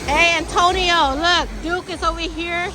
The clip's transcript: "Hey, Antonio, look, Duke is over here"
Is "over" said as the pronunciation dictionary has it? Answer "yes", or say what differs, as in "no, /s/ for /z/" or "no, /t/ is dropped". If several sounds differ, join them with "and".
no, /w/ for /v/